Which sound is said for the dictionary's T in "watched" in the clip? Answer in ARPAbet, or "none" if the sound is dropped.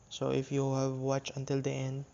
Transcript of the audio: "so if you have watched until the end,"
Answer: none